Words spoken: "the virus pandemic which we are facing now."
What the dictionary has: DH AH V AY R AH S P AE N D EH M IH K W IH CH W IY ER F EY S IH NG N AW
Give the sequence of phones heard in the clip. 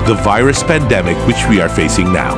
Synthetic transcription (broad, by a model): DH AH V AY R AH S P AE N D EH M IH K W IH CH W IY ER F EY S IH NG N AW